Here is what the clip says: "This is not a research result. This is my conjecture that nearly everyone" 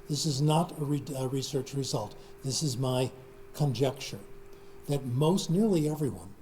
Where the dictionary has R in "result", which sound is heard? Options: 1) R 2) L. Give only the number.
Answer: 1